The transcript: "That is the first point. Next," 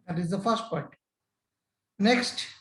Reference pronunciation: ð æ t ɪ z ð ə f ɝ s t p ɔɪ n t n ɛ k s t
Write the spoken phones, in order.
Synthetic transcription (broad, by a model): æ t ɪ z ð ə f ɝ s t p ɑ t n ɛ k s t